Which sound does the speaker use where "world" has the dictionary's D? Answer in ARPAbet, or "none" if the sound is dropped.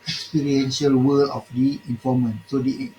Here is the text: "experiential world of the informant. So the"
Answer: none